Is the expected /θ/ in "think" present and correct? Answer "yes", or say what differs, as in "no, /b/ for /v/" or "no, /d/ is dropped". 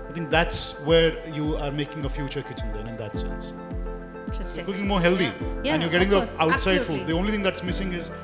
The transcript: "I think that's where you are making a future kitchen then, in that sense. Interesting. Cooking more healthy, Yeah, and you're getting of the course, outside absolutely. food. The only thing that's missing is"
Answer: no, /t/ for /θ/